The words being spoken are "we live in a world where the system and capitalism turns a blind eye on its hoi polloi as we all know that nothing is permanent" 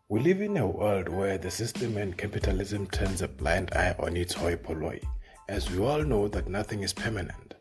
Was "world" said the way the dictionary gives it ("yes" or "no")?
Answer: yes